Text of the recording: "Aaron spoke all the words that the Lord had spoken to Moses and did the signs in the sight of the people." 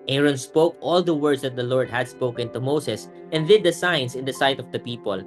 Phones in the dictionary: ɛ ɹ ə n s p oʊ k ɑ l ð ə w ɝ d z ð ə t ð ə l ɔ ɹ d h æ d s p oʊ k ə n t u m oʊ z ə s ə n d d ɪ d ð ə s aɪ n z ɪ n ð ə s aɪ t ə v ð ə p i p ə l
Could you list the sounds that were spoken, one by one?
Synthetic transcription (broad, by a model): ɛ ɹ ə n s p oʊ k ɑ l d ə w ɝ d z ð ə t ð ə l ɔ ɹ d h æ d s p oʊ k ə n t u m oʊ s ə s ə n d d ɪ d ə s aɪ n s ɪ n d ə s aɪ t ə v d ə p i p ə l